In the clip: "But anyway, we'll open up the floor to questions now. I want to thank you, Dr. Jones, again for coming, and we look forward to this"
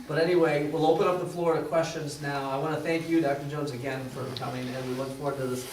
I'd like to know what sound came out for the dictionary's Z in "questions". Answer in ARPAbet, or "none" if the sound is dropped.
Z